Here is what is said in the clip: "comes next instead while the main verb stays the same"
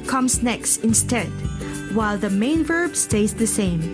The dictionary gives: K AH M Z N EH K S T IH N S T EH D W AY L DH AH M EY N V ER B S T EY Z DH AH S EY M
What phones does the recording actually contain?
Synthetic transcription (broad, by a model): K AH M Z N EH K S T IH N S T EH D W AY L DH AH M EY N V ER B S T EY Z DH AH S EY M